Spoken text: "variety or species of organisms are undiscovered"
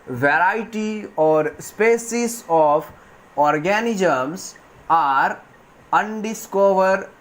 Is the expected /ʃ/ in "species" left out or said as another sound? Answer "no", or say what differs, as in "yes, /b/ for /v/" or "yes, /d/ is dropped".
yes, /s/ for /ʃ/